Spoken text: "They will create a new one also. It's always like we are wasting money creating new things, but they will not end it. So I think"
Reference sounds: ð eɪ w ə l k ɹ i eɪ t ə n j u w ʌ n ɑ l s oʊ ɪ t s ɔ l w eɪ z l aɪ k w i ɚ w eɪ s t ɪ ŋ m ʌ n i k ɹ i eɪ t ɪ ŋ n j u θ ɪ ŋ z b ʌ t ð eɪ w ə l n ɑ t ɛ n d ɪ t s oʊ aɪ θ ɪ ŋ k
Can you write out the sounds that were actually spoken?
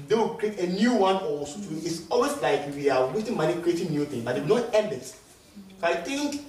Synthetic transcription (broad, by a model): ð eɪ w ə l k ɹ i eɪ t ə n j u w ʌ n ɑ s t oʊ ɪ t s ɔ l w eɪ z l aɪ k w i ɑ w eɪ t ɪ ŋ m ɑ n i k ɹ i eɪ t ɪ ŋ n j u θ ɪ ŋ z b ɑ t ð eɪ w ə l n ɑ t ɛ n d ɪ t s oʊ aɪ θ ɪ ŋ k